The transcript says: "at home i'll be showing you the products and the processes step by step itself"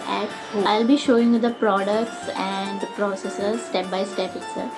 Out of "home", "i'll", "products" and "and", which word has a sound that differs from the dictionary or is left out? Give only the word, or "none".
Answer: home